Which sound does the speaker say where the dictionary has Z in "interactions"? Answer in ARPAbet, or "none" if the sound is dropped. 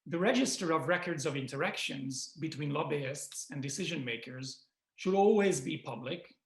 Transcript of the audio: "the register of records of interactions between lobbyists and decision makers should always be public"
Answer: Z